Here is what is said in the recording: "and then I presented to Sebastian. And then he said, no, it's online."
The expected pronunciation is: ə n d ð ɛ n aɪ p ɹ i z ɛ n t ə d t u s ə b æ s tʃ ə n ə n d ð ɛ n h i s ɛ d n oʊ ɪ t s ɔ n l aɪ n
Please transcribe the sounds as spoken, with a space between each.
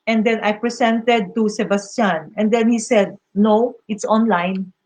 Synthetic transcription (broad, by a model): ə n d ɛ n aɪ p ɹ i s ɛ n t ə d t u s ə b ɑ s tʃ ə n ə n d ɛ n h i s ɛ d n oʊ ɪ t s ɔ n l aɪ n